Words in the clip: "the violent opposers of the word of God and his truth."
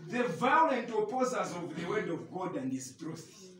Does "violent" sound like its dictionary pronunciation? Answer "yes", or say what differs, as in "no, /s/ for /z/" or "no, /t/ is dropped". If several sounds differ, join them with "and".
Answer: yes